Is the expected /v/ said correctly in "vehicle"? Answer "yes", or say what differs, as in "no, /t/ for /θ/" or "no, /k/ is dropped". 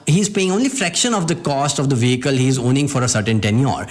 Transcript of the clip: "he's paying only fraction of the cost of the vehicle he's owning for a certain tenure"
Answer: yes